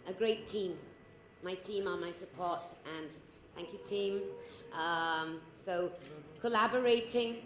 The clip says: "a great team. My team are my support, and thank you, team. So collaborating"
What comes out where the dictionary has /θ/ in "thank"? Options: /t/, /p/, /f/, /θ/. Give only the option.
/θ/